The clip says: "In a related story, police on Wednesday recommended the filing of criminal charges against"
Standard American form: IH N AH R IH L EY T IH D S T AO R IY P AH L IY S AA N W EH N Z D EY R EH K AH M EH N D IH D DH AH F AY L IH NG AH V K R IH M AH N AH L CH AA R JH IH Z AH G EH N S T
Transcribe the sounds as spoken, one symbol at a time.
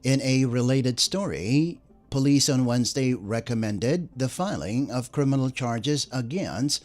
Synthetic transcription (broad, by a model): IH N AH R IH L EY T IH D S T AO R IY P AH L IY S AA N W EH N Z D EY R EH K AH M EH N D IH D DH AH F AY L IH NG AH V K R IH M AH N L CH AA R JH IH Z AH G EH N S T